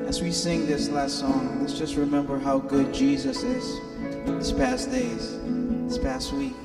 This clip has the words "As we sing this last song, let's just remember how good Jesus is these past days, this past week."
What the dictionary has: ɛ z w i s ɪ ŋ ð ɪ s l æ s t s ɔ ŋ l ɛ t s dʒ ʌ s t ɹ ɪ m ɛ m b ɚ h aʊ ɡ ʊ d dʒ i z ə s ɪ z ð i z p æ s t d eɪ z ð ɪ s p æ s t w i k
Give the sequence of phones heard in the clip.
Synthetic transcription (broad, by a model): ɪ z w i s ɪ ŋ ð ɪ s l æ s t s ɔ ŋ l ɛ t s dʒ ʌ s t ɹ ɪ m ɛ m b ɚ h aʊ ɡ ʊ d dʒ i z ə s ɪ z ð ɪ s p æ s d eɪ z ð ɪ s p æ s t w i k